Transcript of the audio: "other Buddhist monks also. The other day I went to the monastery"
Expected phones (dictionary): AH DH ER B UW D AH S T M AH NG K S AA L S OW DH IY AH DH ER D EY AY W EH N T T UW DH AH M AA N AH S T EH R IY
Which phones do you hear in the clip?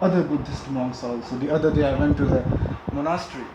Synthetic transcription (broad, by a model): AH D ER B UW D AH S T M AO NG S AA L S OW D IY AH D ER D EY AY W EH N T T UW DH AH M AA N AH S T R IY